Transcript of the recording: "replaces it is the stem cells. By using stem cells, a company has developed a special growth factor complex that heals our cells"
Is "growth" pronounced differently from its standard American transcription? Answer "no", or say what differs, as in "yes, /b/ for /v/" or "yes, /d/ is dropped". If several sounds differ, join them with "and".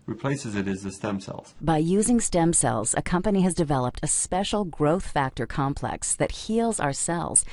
no